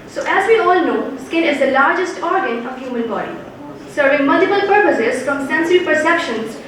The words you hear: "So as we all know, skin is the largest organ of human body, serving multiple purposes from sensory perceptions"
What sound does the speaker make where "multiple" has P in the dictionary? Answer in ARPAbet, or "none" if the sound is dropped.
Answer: B